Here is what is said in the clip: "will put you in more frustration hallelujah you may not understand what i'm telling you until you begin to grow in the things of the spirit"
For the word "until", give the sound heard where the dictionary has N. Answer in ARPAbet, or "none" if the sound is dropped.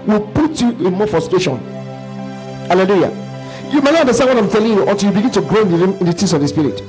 none